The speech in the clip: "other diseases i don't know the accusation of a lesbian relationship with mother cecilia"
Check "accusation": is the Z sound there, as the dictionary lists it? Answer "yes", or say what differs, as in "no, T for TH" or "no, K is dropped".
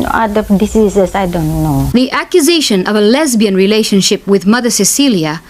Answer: yes